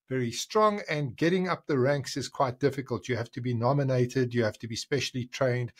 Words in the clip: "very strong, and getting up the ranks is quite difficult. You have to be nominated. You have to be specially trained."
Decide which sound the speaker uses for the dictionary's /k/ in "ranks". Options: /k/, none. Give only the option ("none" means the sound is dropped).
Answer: /k/